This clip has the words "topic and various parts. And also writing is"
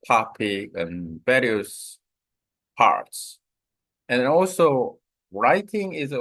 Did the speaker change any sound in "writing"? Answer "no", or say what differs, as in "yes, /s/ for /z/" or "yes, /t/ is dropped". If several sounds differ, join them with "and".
no